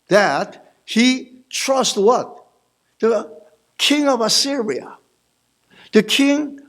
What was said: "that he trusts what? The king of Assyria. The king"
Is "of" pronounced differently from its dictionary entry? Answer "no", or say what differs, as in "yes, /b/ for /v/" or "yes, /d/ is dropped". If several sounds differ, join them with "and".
no